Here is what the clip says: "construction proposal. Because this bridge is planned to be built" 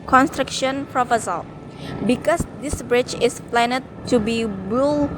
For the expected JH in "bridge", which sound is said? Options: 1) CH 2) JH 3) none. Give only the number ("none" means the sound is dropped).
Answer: 1